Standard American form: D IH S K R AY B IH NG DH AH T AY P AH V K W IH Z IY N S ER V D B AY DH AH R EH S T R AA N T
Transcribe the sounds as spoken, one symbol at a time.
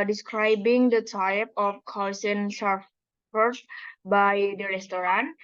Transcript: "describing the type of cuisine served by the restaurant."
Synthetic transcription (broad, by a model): D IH S K R AY B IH NG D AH T AY P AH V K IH S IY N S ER F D B AY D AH R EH S T R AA N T